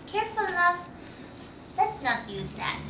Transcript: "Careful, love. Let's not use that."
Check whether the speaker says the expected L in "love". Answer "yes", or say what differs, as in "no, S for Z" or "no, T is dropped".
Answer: no, N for L